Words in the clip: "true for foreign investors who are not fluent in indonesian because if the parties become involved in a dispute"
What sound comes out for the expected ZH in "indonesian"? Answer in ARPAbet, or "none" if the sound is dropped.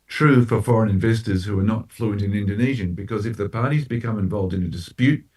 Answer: ZH